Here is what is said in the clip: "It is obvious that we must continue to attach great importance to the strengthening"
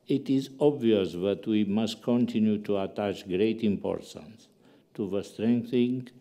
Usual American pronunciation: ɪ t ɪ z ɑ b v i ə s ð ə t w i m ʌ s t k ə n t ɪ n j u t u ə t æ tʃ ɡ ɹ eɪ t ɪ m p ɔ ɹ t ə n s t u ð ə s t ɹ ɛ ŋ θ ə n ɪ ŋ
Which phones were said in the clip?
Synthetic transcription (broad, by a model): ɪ t ɪ z ɑ b v i ə s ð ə t w i m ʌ s t k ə n t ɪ n j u t u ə t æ tʃ ɡ ɹ eɪ t ɪ m p ɔ ɹ t ə n s t u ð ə s t ɹ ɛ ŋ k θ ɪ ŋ